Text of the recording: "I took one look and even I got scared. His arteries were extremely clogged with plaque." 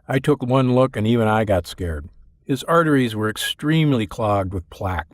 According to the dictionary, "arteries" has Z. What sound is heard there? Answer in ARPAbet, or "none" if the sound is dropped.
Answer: Z